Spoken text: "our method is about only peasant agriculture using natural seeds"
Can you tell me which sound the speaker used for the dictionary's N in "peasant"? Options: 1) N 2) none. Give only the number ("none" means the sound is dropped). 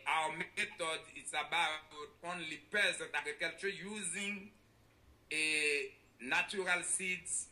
2